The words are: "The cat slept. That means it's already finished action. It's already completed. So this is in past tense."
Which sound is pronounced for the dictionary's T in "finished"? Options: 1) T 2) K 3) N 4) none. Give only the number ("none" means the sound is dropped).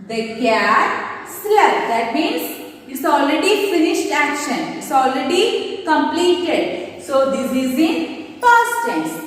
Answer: 1